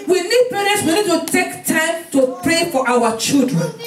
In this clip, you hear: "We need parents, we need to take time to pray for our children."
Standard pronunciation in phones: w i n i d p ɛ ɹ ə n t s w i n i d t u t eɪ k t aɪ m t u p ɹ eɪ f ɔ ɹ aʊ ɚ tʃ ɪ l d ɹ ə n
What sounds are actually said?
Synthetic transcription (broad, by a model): w i n i d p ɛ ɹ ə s w i n i d t u t eɪ k t aɪ m t u p ɹ eɪ f ɔ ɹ aʊ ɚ tʃ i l d ɹ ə n